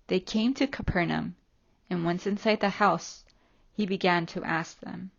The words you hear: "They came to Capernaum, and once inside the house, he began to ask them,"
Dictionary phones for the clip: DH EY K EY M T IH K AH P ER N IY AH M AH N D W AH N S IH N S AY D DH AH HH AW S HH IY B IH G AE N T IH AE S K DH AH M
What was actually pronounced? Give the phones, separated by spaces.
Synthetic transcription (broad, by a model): DH EY K EY M T IH K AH P ER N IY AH M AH N W AH N S IH N S AY D DH AH HH AW S HH IY B IH G AE N T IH AE S K DH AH M